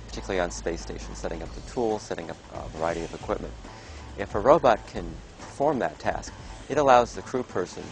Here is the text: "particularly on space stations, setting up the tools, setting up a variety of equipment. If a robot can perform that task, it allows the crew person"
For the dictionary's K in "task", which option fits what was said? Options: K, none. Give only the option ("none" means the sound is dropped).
K